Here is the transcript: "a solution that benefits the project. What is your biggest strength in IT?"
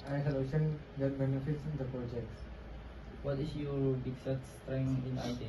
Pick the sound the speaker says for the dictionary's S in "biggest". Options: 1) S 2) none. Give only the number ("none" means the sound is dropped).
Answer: 2